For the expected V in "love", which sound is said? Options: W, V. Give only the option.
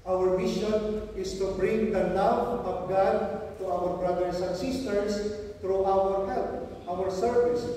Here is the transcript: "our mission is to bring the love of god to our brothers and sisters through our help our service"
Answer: W